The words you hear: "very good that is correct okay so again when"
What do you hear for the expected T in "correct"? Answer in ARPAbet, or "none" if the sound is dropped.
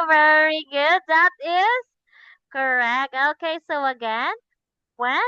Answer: T